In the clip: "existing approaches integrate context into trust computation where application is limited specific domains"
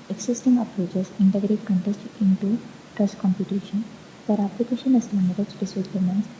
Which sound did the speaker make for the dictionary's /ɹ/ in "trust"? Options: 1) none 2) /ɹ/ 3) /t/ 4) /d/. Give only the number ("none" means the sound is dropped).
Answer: 2